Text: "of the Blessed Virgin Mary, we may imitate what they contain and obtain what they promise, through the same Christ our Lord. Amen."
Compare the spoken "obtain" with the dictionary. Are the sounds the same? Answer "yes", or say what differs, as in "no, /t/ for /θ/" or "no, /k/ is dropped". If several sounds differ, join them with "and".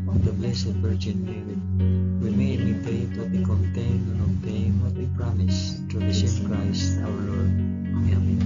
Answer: no, /b/ is dropped